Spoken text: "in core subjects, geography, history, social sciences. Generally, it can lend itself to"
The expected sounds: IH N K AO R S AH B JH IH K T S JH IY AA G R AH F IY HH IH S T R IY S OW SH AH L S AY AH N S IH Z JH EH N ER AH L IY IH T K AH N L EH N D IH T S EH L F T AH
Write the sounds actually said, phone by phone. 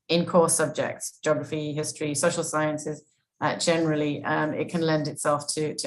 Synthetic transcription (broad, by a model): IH N K AO S AH B JH IH K T S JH AA G R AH F IY HH IH S T R IY S OW SH AH L S AY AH N S IH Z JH EH N ER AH L IY IH T K AH N L EH N D IH T S EH L F T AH